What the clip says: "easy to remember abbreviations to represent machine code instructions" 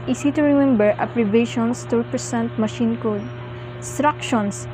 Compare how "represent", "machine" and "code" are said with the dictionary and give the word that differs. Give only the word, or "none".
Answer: represent